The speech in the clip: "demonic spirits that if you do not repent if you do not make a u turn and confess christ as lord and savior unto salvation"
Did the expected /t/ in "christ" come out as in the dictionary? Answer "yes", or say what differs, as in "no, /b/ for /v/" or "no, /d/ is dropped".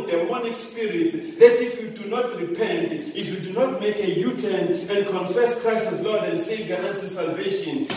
no, /t/ is dropped